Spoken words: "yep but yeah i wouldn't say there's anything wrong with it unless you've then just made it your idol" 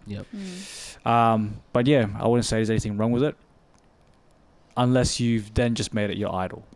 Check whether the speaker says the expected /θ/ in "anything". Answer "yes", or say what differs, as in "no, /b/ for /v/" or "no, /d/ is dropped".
yes